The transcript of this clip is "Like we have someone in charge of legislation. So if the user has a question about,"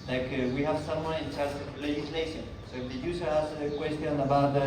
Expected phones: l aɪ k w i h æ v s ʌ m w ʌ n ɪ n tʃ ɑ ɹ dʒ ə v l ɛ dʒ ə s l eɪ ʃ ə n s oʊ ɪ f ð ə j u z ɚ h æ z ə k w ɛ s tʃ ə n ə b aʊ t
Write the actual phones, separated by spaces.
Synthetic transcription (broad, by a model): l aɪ k w i h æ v s ʌ m w ʌ n ɪ n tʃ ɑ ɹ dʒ ə v l ɛ dʒ ə s l eɪ ʃ ə n s oʊ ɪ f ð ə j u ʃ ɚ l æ s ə k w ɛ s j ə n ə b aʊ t